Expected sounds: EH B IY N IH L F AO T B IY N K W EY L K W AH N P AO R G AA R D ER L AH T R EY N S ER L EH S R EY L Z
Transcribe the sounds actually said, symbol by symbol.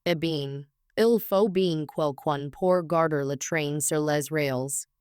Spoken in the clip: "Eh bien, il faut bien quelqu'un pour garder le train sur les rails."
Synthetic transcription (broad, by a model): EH B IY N IH L F AO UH B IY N K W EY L K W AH N P AO R G AA R D ER L AH T R EY N S ER L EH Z R EY L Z